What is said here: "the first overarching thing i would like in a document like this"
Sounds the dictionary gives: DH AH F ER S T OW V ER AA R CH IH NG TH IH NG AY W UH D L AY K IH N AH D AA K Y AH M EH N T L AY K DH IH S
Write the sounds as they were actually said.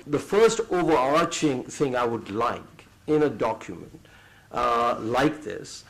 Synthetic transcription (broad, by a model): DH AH F ER S T OW V ER AA R CH IH NG TH IH NG AY W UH D L AY K IH N AH D AA K Y AH M EH N T L AY K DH IH S